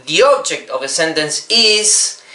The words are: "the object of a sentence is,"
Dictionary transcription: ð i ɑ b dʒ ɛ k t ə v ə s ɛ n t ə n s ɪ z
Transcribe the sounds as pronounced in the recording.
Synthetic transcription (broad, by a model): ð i ɑ b dʒ ɛ k t ə v ə s ɛ n t ə n s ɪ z